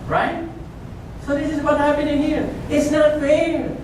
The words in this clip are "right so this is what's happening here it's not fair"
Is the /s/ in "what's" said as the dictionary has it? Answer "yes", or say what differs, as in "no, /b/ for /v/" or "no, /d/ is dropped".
no, /s/ is dropped